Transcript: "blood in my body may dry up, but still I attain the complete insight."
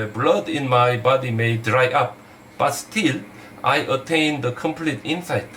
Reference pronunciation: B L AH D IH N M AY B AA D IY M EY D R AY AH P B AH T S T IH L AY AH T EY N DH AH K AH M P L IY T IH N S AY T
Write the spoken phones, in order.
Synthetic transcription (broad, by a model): B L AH D IH N M AY B AA D IY M EY D R AY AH P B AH T S T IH L AY AH T EY N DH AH K AH M P L IY T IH N S AY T